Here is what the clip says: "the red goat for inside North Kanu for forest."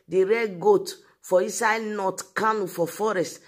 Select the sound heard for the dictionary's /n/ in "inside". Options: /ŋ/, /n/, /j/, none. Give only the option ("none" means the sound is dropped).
none